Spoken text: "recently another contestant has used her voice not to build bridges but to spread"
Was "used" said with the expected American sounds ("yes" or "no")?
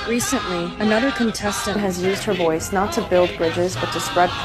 yes